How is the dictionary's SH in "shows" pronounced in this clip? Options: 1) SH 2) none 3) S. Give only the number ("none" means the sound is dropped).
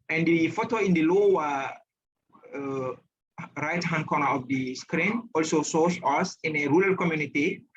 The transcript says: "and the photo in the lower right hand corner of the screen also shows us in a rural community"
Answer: 3